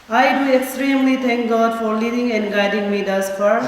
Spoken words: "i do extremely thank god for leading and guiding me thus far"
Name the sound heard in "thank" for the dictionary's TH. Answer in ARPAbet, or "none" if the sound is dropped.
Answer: T